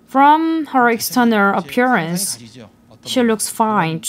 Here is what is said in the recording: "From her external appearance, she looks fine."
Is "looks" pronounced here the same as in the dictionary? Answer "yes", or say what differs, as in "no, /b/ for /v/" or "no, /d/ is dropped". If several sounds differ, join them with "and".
yes